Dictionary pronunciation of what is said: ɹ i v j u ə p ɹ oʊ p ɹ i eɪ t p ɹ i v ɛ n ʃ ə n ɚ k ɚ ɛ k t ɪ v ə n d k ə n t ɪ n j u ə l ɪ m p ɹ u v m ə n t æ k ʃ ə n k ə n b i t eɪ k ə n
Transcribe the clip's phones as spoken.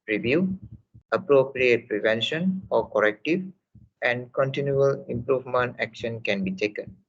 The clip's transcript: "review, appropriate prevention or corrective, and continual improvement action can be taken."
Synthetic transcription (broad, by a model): ɹ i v j u ə p ɹ oʊ p ɹ i eɪ t p ɹ i v ɛ n ʃ ə n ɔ k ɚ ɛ k t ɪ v ə n d k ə n t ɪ n j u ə l ɪ m p ɹ u v m ə n t æ k ʃ ə n k ə n b i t eɪ k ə n